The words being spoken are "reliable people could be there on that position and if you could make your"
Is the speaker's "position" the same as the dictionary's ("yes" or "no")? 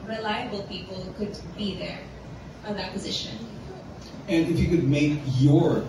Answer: yes